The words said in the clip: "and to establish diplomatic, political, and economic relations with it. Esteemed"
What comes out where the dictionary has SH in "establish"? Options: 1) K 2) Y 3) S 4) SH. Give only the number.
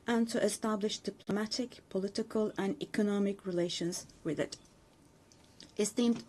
4